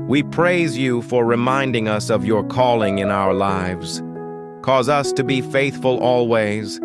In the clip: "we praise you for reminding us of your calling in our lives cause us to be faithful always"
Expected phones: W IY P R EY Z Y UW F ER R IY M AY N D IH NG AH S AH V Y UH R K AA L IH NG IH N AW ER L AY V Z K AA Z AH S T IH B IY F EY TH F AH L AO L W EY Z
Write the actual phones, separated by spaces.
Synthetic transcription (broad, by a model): W IY P R EY Z Y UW F ER R IY M AY N D IH NG AH S AH V Y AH R K AA L IH NG IH N AW ER L AY V Z K AA Z AH S T IH B IY F EY TH F AH L AO L W EY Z